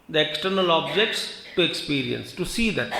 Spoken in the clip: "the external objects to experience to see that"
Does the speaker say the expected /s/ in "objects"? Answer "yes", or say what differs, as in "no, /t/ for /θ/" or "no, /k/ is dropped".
yes